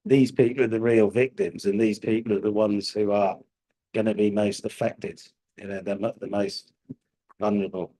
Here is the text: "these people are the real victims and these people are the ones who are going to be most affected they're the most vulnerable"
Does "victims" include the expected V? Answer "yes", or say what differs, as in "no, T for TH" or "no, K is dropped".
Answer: yes